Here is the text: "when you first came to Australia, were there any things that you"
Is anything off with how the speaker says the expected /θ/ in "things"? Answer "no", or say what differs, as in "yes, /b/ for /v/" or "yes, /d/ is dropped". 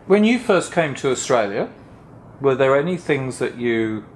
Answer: no